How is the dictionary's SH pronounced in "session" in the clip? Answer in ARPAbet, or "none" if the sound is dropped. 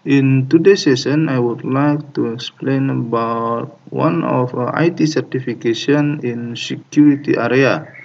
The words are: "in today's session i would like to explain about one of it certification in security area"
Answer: S